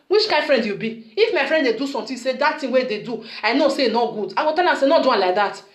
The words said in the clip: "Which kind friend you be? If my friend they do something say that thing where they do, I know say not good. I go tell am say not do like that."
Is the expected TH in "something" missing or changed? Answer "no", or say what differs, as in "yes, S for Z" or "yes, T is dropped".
yes, T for TH